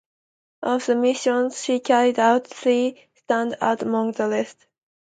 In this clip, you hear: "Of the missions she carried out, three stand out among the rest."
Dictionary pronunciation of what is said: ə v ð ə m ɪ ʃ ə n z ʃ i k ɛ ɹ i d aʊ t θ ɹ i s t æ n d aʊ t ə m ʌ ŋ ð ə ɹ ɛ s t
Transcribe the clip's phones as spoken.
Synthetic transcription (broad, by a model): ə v ð ə m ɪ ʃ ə n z ʃ i k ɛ ɹ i d aʊ t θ ɹ i s t æ n d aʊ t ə m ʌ ŋ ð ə l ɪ s t